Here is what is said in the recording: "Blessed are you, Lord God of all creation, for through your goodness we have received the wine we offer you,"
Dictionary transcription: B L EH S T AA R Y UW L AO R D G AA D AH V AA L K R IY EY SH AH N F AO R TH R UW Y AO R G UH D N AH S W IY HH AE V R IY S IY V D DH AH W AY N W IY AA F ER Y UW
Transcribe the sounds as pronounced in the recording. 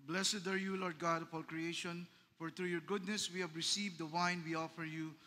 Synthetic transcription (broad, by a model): B L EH S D AA R Y UW L AO R D G AA D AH F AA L K R IY EY SH AH N F AO R T R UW Y AO R G UH D N AH S W IY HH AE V R IY S IY V D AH W AY N W IY AA F ER Y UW